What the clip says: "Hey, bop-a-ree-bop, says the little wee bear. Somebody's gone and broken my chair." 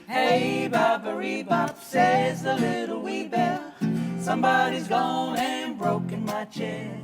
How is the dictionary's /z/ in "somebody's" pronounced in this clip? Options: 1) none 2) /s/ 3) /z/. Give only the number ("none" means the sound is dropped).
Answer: 3